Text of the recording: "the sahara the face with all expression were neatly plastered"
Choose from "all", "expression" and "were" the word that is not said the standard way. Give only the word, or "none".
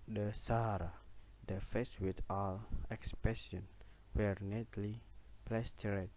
expression